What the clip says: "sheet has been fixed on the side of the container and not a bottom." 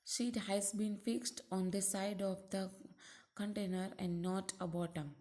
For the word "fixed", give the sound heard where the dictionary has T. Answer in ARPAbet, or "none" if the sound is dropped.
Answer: T